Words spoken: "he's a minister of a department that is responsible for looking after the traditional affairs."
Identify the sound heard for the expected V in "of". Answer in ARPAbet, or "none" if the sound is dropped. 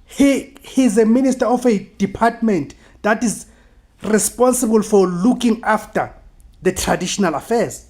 F